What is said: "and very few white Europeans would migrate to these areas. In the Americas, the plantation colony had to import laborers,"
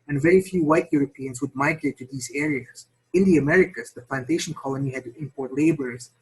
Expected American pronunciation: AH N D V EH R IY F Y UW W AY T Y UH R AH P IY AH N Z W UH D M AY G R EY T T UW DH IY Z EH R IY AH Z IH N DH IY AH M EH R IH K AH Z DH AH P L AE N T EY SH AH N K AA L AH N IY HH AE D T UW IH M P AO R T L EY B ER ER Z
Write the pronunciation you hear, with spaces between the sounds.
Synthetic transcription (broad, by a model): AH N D V EH R IY F Y UW W AY T Y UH R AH P IY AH N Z W UH D M AY G R EY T T UW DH IY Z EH R IY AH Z IH N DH IY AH M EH R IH K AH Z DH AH P L AE N T EY SH AH N K AA L AH N IY HH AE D T UW IH M P AO R T L EY B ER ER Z